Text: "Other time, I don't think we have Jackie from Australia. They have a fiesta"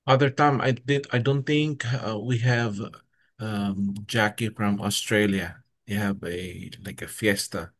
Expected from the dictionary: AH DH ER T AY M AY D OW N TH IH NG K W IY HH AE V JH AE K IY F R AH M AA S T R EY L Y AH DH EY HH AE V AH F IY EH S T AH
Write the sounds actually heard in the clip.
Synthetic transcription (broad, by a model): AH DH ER T AY M AY D OW N TH IH NG K W IY HH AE V JH AE K IY F R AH M AA S T R EY L Y AH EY HH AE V AH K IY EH S T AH